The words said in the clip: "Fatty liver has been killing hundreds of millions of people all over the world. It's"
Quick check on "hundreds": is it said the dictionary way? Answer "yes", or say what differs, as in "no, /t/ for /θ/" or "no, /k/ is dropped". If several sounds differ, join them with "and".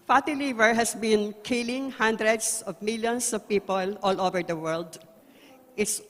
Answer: no, /s/ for /z/